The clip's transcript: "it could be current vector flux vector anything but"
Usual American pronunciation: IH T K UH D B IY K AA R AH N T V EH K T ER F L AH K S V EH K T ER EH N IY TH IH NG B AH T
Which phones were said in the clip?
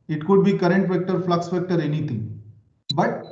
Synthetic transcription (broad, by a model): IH T K UH D B IY K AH R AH N T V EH K T ER F L AH K S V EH K T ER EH N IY T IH NG B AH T